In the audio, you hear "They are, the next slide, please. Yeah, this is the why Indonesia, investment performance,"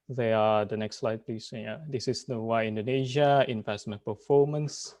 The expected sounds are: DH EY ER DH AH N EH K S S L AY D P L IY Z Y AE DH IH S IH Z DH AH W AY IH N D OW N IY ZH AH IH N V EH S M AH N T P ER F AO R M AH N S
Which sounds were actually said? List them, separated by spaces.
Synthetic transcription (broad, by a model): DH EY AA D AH N EH K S S L AY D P L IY S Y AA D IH S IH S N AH W AY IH N D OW N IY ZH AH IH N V EH S M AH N P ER F AO M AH N S